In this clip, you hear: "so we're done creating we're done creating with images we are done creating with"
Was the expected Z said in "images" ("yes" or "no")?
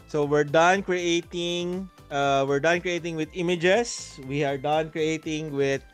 no